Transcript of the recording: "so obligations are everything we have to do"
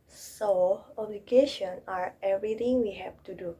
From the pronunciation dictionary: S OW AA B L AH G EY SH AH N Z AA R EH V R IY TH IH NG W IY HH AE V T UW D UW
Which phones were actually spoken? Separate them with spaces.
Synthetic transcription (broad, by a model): S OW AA B L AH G EY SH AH N AA R EH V R IY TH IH NG W IY HH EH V T UW D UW